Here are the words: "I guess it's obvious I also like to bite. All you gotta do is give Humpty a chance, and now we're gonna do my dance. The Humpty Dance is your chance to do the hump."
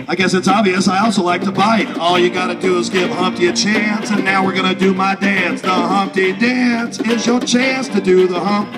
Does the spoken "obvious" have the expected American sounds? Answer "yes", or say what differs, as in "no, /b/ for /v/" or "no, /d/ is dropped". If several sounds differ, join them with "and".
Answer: yes